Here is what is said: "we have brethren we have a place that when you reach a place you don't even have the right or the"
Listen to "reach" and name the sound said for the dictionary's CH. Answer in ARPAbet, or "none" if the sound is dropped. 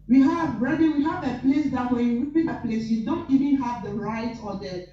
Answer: none